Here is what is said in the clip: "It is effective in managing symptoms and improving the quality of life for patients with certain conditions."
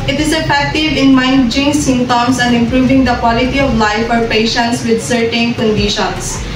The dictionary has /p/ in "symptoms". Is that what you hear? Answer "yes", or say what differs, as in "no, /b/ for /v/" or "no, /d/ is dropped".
no, /p/ is dropped